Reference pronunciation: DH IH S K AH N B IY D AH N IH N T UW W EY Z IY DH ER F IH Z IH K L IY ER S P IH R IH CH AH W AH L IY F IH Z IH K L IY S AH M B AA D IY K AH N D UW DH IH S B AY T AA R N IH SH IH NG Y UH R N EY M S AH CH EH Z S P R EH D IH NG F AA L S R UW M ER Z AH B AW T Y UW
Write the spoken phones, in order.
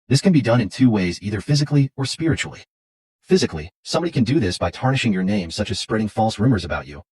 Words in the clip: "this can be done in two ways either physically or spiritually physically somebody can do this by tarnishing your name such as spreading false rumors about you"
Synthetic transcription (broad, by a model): DH IH S K AH N B IY D AH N IH N T UW W EY Z IY DH ER F IH Z IH K L IY ER S P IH R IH CH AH L IY F IH Z IH K L IY S AH M B AA D IY K N D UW DH IH S B AY T AA R N IH SH IH NG Y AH R N EY M S AH CH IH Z S P R EH D IH NG F AA L S R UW M ER Z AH B AW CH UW